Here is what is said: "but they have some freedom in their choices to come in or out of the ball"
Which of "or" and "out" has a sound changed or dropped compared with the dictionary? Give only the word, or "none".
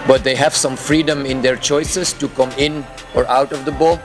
none